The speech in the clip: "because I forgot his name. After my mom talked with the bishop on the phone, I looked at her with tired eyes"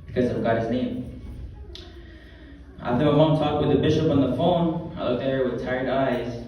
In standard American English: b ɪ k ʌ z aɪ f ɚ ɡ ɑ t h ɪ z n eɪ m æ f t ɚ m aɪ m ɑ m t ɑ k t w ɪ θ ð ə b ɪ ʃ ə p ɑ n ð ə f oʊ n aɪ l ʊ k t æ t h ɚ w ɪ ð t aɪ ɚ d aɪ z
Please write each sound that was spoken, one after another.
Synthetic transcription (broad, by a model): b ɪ k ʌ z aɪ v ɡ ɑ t h ɪ z n eɪ m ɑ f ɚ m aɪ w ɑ t ɑ k t w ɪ ð ə b ɪ ʃ ə p n ð ə f oʊ n aɪ l ʊ k t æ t h ɚ w ɪ ð t aɪ ɚ d aɪ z